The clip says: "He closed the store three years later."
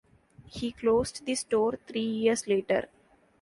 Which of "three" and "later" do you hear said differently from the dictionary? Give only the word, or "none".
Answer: three